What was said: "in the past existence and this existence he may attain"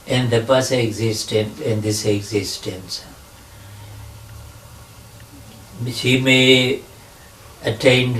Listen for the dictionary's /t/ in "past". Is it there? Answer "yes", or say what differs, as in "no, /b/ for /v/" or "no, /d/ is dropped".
no, /t/ is dropped